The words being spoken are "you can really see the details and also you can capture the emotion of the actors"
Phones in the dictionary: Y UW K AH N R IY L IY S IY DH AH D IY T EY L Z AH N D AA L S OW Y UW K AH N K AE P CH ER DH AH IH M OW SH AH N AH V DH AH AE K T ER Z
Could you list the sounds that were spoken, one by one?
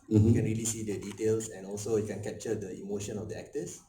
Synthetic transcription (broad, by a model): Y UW K AH N R IY L IY S IY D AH D IY T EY L S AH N AA L S OW Y UW K AH N K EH P CH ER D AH IH M OW SH AH N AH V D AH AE K T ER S